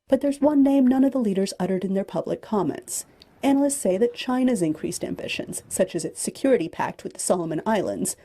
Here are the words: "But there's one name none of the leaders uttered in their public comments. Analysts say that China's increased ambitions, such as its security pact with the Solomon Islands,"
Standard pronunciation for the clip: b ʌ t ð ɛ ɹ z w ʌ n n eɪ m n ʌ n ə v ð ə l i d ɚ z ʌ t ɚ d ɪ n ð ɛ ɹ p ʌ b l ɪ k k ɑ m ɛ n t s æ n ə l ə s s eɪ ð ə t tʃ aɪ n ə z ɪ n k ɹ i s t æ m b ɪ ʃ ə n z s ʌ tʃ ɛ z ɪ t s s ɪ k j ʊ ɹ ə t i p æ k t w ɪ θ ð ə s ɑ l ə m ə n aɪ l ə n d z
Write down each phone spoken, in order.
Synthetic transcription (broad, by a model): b ʌ t ð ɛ ɹ z w ʌ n n eɪ m n ʌ n ə v ð ə l i d ɚ z ʌ t ɚ d ɪ n ð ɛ ɹ p ʌ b l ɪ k k ɑ m ɛ n t s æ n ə l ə s s eɪ ð ə t tʃ aɪ n ə z ɪ n k ɹ i s t æ m b ɪ ʃ ə n z s ʌ tʃ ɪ z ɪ t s s ɪ k j ʊ ɹ ə t i p æ k t w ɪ ð ə s ɑ l ə m ə n aɪ l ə n d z